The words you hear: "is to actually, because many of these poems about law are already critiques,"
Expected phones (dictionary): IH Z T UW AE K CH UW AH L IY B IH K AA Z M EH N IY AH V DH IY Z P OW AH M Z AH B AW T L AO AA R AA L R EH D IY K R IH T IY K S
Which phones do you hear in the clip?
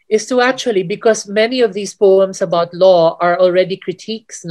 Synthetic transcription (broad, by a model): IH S T UW AE K CH UW AH L IY B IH K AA S M EH N IY AH V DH IY S P OW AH M S AH B AW T L AO AA R AA L R EH D IY K R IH T IY K S